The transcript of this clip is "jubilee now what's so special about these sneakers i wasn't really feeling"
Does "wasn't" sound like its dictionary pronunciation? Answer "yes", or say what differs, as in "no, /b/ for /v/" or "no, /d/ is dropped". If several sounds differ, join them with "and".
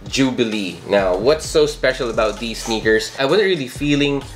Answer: no, /n/ is dropped